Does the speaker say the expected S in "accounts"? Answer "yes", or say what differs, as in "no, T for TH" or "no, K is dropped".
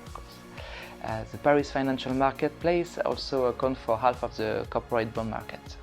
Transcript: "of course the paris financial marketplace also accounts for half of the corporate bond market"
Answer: no, S is dropped